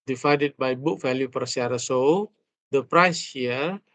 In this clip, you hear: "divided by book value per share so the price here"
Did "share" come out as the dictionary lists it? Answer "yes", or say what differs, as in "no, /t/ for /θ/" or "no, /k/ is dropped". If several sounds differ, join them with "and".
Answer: no, /s/ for /ʃ/